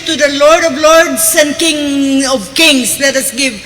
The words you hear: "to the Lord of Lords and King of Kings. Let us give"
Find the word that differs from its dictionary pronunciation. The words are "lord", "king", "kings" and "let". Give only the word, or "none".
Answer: kings